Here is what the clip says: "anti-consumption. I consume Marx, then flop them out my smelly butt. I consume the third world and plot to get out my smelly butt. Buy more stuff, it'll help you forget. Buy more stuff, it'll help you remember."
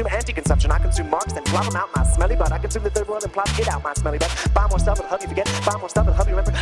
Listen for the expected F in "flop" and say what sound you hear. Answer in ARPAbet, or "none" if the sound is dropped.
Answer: P